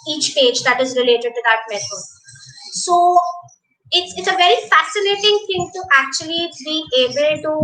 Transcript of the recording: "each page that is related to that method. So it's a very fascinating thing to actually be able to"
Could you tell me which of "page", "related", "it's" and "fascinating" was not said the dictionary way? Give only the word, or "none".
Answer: none